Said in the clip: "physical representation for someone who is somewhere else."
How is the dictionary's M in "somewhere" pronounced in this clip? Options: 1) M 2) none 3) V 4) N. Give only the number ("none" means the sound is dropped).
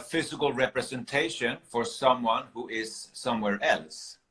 1